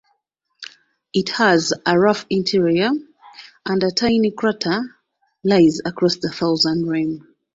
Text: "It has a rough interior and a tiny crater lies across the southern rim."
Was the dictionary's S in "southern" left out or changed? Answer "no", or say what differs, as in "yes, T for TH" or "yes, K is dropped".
yes, TH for S